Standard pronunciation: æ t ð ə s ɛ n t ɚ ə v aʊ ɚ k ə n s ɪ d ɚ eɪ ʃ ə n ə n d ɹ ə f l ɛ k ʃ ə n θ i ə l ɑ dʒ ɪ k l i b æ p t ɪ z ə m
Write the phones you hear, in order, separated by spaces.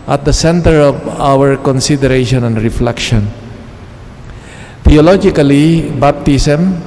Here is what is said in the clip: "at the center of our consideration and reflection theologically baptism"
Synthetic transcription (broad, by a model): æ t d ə s ɛ n t ɚ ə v aʊ ɚ k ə n s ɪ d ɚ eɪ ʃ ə n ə n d ɹ ə f l ɛ k ʃ ə n t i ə l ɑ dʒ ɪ k l i b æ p t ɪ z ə m